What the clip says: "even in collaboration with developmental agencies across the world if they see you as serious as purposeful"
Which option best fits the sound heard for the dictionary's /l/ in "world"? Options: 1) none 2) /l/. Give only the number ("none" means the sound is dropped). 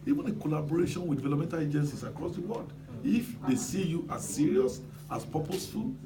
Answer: 1